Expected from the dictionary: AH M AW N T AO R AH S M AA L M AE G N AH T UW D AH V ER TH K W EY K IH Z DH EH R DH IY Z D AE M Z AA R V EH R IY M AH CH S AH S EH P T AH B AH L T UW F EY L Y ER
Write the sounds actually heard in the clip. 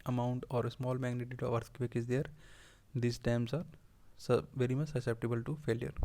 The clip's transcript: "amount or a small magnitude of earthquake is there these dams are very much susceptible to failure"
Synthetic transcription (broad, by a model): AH M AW N T AO R AH S M AA L M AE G N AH T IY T AH V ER S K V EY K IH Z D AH R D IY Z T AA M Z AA R V EH R IY M AH CH S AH S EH P T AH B AH L T UW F EY L Y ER